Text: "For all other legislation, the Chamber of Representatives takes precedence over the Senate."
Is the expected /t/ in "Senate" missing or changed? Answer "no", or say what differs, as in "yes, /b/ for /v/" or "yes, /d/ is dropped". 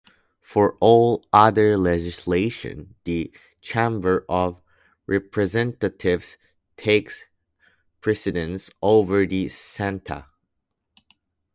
yes, /t/ is dropped